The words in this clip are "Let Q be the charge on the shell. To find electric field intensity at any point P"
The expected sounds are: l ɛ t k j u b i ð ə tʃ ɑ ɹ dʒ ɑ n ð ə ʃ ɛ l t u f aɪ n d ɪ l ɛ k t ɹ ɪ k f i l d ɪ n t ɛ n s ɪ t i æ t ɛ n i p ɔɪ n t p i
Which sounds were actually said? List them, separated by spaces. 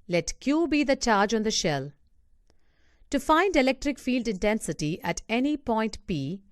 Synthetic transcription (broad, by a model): l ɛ t k j u b i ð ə tʃ ɑ ɹ dʒ ɑ n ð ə ʃ ɛ l t u f aɪ n d ɪ l ɛ k t ɹ ɪ k f i l d ɪ n t ɛ n s ɪ t i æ t ɛ n i p ɔɪ n t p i